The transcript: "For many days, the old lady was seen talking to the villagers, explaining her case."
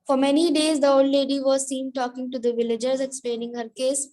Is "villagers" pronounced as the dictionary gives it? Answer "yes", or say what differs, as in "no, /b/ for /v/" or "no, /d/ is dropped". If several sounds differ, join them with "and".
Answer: yes